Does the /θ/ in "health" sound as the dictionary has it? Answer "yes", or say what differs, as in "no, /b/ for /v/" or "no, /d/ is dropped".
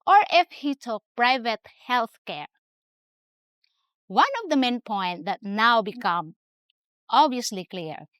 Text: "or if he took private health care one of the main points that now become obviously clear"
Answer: yes